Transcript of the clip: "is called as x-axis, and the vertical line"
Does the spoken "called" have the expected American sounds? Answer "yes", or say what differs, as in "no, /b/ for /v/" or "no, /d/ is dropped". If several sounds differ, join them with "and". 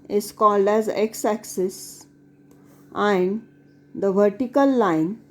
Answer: yes